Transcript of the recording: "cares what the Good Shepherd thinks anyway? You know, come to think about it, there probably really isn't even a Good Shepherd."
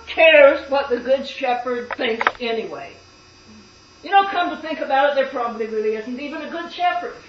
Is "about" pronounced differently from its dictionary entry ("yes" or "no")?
no